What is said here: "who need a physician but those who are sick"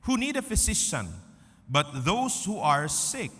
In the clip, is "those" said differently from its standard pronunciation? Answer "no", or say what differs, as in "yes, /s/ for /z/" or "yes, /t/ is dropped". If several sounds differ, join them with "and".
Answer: yes, /s/ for /z/